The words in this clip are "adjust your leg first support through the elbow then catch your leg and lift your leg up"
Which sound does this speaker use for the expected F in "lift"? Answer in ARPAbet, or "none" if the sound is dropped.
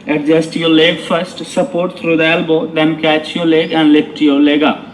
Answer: P